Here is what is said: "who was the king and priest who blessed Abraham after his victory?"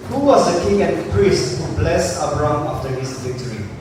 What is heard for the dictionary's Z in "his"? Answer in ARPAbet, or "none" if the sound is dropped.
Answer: S